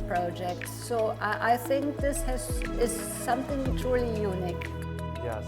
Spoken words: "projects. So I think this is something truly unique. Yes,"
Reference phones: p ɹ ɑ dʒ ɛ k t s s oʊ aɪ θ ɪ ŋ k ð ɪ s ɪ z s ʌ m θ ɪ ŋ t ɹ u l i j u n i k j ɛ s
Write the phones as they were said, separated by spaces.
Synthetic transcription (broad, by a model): p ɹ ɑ dʒ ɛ k t s s oʊ aɪ θ ɪ ŋ k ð ɪ s ɪ z s ʌ m θ ɪ ŋ t ɹ u l i j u n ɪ k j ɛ